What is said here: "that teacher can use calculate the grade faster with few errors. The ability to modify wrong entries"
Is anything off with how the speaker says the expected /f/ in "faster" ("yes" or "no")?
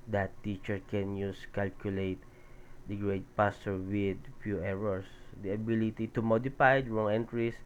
yes